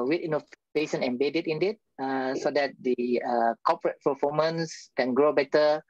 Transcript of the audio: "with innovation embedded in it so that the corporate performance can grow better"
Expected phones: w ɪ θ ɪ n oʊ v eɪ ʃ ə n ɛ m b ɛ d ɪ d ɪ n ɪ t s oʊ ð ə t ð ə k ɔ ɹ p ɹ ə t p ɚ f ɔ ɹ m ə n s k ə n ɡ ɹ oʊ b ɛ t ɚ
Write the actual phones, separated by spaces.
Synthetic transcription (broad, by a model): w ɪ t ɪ n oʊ f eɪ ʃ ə n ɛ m b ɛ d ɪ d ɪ n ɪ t s oʊ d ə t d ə k ɔ p ɹ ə t p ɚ f ɔ m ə n s k ə n ɡ ɹ oʊ b ɛ t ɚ